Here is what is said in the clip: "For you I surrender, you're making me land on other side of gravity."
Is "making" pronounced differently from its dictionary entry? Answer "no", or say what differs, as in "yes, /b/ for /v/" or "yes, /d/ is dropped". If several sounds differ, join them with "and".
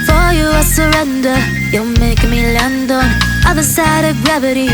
yes, /k/ is dropped